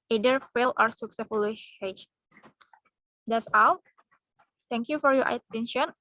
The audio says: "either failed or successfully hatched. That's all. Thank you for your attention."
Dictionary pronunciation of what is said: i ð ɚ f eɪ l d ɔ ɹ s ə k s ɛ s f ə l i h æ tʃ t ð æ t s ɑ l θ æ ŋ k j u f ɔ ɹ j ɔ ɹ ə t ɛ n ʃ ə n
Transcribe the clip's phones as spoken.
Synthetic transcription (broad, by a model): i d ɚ f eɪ l ɔ ɹ s ə k s ɛ s f ə l i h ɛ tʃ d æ t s ɑ l t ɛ ŋ k j u f ɔ ɹ j ɔ ɹ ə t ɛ n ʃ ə n